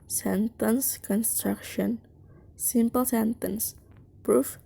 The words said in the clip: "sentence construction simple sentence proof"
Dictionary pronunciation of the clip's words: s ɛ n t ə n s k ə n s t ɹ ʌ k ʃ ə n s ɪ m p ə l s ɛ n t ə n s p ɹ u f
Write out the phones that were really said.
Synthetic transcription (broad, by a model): s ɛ n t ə n s k ə n s t ɹ ʌ k ʃ ə n s ɪ m p ə l s ɛ n t ə n s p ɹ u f